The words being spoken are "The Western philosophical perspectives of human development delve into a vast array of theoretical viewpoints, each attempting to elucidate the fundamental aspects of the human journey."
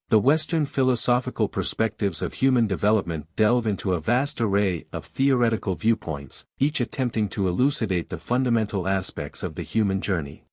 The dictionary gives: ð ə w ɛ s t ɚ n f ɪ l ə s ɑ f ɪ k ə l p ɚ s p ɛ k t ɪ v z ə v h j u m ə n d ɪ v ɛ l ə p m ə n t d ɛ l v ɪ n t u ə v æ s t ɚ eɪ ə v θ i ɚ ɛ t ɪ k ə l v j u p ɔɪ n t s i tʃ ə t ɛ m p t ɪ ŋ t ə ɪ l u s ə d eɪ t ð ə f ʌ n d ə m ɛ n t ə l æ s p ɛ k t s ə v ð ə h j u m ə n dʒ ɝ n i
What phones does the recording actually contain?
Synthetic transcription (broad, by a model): ð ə w ɛ s t ɚ n f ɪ l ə s ɑ f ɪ k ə l p ɚ s p ɛ k t ɪ v z ə v h j u m ə n d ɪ v ɛ l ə p m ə n d ɛ l v ɪ n t u ə v æ s t ɚ eɪ ə v θ i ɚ ɛ t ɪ k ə l v j u p ɔɪ n t s i tʃ ə t ɛ m p t ɪ ŋ t ə ɪ l u s ə d eɪ t ð ə f ʌ n d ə m ɛ n t l æ s p ɛ k t s ə v ð ə h j u m ə n dʒ ɝ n i